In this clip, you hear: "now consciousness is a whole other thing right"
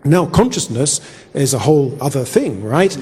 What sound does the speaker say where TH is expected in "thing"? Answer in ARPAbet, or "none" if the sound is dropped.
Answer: TH